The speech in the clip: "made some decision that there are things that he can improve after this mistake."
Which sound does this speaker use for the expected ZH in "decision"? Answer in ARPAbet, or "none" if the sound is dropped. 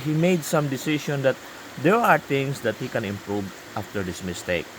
SH